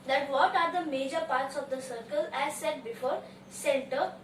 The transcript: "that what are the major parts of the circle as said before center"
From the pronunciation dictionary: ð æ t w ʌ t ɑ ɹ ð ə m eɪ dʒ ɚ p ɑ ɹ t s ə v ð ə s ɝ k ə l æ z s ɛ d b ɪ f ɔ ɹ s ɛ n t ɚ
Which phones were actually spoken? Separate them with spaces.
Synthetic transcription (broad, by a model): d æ t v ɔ t ɑ ɹ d ə m eɪ dʒ ɚ p ɑ ɹ t s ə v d ə s ɝ k ə l æ z s ɛ d b ɪ f ɔ ɹ s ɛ n t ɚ